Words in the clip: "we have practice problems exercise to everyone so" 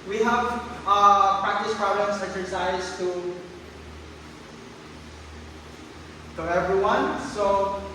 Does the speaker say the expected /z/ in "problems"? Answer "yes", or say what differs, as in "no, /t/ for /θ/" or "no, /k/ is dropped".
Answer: no, /s/ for /z/